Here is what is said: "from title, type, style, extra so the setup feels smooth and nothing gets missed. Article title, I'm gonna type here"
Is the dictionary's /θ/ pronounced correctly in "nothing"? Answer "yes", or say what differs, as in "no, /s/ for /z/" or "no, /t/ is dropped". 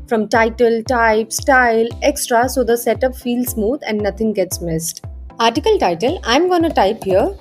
no, /t/ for /θ/